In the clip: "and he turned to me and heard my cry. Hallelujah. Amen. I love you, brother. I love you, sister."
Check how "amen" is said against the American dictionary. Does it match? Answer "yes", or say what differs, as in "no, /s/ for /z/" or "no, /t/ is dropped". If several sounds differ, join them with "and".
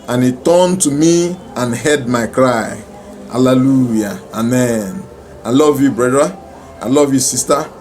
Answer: yes